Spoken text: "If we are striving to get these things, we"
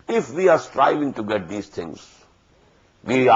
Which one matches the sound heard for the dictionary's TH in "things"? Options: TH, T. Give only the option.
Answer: T